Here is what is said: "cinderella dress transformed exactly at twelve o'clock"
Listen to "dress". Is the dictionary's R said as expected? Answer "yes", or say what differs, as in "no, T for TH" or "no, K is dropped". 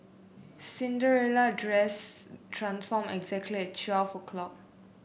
yes